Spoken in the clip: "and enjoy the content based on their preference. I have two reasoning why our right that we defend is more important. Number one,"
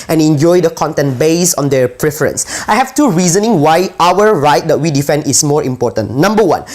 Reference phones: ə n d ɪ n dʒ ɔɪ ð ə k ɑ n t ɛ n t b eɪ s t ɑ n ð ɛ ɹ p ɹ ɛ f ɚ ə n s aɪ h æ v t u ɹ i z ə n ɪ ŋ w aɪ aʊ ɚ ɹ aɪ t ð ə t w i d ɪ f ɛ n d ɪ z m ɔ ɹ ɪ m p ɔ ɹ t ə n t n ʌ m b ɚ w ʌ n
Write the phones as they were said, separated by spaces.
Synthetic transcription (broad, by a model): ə n ɪ n dʒ ɔɪ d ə k ɑ n t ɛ n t b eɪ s ɑ n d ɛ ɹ p ɹ ɛ f ɚ ə n s aɪ h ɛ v t u ɹ i z ə n ɪ ŋ w aɪ aʊ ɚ ɹ aɪ t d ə t w i d ɪ f ɛ n d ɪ s m ɔ ɹ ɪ m p ɔ t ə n n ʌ m b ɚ w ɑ n